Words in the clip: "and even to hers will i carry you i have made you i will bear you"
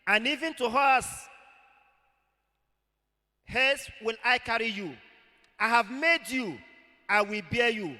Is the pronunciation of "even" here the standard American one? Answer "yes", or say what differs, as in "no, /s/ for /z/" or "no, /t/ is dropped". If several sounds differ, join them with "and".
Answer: yes